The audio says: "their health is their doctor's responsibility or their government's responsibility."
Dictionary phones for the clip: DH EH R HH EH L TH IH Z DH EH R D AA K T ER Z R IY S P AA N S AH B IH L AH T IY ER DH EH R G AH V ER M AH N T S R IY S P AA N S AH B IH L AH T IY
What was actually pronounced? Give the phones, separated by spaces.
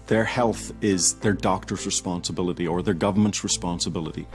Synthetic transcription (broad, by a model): DH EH R HH EH L TH IH Z DH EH R D AA K T ER Z R IY S P AA N S AH B IH L AH T IY ER DH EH R G AH V ER M AH N T S R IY S P AA N S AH B IH L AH T IY